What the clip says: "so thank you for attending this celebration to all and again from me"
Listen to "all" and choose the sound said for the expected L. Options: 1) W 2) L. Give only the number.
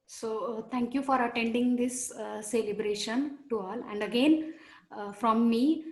2